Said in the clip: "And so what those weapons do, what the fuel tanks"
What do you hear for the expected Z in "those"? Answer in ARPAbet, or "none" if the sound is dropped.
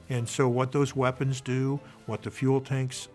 Z